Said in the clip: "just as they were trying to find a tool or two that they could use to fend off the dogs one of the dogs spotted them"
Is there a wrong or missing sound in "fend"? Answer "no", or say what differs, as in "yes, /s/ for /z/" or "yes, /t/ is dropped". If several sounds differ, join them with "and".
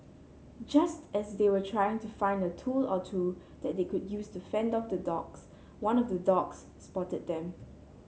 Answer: no